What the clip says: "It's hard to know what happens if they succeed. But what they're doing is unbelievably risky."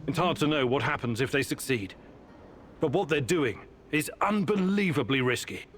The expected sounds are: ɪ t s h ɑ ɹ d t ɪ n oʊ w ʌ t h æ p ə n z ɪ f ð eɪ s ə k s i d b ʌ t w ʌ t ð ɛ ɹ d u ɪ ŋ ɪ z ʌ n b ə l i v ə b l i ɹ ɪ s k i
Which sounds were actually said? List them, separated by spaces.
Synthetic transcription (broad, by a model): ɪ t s h ɑ ɹ d t ɪ n oʊ w ʌ t h æ p ə n z ɪ f ð eɪ s ə k s i d b ʌ t w ʌ t ð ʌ ɹ d u ɪ ŋ ɪ z ʌ n b ə l i v ə b l i ɹ ɪ s k i